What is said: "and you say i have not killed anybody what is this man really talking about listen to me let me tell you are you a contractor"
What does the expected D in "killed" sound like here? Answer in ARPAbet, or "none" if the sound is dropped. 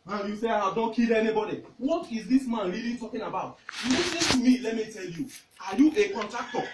none